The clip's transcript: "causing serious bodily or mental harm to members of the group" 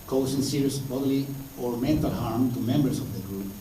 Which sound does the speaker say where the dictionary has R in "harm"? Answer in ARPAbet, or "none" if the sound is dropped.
R